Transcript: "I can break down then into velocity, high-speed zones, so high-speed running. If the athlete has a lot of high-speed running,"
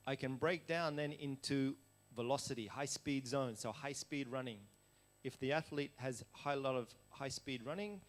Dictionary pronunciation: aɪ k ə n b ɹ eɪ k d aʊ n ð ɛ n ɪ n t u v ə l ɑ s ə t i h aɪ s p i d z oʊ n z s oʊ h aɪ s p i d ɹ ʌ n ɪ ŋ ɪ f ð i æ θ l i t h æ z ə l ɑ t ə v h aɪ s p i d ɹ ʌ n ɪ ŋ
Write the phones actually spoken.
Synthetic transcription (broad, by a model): aɪ k ə n b ɹ eɪ k d aʊ n ð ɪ n ɪ n t u v ə l ɑ s ə t i h aɪ s p i d z oʊ n s oʊ h aɪ s p i d ɹ ʌ n ɪ ŋ ɪ f ð i æ θ l i t h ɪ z ə l ɑ t ə v h aɪ s p i d ɹ ʌ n ɪ ŋ